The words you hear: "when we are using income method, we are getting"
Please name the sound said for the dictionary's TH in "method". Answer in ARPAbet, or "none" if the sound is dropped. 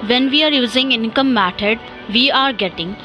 T